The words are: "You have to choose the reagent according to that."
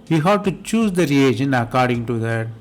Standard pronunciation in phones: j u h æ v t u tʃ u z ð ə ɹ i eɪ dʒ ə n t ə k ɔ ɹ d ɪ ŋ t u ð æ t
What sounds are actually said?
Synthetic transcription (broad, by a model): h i h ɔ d t u tʃ u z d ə ɹ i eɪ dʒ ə n ə k ɔ ɹ d ɪ ŋ t u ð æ t